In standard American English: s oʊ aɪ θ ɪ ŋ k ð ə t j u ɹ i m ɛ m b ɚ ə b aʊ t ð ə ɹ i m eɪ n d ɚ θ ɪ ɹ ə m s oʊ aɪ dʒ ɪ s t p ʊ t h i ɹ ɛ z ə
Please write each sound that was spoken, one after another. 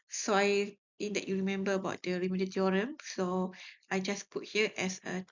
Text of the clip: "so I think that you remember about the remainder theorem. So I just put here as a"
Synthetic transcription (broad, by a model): s oʊ aɪ t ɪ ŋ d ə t j u ɹ i m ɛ m b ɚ ə b aʊ t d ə ɹ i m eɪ d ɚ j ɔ ɹ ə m s oʊ aɪ dʒ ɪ s p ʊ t h i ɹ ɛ s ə